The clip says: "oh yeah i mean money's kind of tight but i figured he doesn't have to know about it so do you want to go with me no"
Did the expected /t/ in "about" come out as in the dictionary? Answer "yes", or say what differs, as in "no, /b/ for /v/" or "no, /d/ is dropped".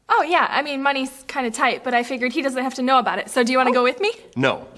yes